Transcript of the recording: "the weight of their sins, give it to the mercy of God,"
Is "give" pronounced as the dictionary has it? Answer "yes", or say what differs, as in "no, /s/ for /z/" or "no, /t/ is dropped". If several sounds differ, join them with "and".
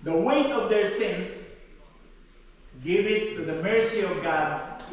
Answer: yes